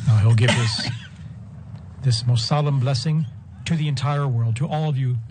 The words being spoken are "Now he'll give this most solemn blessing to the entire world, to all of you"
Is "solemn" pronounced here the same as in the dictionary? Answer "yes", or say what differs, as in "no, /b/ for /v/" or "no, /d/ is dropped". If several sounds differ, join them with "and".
yes